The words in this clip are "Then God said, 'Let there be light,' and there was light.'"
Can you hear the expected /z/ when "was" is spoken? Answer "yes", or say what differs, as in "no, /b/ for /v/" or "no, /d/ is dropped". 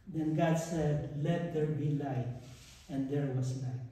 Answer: no, /s/ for /z/